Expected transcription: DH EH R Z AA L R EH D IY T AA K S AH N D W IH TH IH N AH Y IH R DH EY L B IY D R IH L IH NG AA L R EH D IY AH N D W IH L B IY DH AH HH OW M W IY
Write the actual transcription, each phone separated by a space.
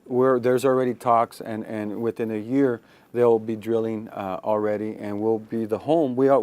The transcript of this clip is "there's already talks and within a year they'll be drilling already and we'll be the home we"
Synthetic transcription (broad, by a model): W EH R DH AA L R EH D IY T AA K S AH N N W IH TH IH N AH Y IH R DH EY L B IY D R IH L IH NG L R EH D IY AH N W IH L B IY DH AH HH OW M W IY